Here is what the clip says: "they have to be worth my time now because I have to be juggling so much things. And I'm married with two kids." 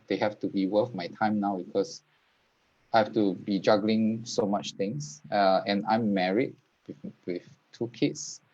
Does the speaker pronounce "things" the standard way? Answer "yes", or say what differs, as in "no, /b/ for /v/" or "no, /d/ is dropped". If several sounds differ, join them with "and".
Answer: no, /t/ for /θ/ and /s/ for /z/